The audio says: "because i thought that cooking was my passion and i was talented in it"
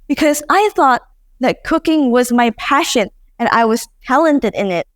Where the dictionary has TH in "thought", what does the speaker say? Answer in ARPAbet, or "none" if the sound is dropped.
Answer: TH